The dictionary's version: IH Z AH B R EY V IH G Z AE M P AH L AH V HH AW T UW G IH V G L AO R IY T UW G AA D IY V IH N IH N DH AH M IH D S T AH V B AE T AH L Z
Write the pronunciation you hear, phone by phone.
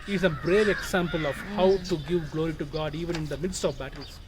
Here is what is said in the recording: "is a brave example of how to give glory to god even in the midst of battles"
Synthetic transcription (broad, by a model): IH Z AH B R EY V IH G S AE M P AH L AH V HH AW T UW G IH V G L AO R IY T UW G AA D IY V IH N IH N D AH M IH D S T AH V B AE T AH L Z